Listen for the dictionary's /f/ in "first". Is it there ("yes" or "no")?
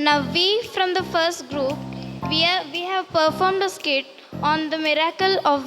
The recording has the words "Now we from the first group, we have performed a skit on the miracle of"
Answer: yes